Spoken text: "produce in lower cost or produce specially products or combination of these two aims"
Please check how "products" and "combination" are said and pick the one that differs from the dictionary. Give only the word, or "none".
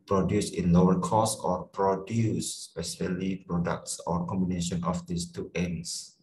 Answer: none